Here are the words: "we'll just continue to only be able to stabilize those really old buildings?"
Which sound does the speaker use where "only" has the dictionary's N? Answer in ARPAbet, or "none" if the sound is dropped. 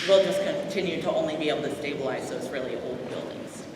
N